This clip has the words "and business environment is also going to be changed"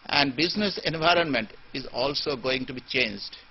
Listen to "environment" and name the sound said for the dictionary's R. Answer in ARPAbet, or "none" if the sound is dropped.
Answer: R